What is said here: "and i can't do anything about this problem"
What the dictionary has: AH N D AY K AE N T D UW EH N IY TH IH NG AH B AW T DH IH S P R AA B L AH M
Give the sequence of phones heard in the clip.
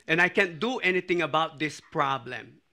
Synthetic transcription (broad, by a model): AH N AY K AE N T D UW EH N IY T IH NG AH B AW T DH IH S P R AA B L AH M